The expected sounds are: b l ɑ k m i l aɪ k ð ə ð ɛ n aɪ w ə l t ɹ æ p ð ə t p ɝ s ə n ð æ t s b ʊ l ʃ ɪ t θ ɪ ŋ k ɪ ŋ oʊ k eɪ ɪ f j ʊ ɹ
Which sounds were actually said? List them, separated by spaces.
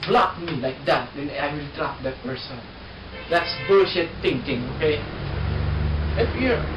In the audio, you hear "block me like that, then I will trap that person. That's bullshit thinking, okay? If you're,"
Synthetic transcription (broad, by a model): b l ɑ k m i l aɪ k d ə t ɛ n aɪ w ə l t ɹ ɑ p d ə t p ɝ s ə n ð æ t s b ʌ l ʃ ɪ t t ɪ ŋ k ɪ ŋ oʊ k eɪ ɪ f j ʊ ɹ